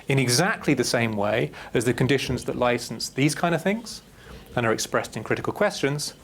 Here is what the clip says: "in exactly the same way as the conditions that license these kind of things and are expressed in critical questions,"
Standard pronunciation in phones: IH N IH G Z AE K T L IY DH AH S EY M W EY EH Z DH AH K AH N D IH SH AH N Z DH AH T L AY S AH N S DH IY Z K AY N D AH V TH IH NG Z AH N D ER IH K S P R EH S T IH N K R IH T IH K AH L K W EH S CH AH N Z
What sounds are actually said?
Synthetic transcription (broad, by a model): IH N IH G Z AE K T L IY DH AH S EY M W EY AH Z DH AH K AH N D IH SH AH N Z DH AH T L AY S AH N S DH IY Z K AY N D AH V TH IH NG Z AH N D ER IH K S P R EH S T IH N K R IH T IH K AH L K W EH S CH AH N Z